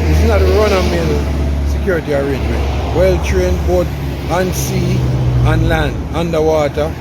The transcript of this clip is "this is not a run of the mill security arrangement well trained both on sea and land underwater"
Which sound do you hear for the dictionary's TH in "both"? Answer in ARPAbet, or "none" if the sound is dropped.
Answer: T